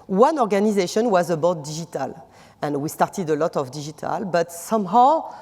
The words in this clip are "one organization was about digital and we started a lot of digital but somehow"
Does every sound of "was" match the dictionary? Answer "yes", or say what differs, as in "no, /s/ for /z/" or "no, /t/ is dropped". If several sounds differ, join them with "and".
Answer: yes